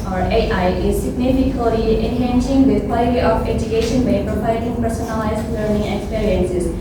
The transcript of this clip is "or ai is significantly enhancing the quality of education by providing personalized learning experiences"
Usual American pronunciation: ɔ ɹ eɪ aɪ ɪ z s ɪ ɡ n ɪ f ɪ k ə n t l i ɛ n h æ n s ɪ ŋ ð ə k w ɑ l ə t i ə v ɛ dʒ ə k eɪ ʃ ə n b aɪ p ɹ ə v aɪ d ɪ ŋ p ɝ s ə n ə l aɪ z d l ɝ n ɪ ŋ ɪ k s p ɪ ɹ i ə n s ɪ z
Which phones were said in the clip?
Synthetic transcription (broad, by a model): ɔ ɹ eɪ aɪ ɪ z s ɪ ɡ n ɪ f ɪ k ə t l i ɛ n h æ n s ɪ ŋ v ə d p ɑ ə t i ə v ɛ dʒ ə k eɪ ʃ ə n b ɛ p ɹ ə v aɪ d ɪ ŋ p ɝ s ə n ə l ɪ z l ɝ n ɪ ŋ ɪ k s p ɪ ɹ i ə n s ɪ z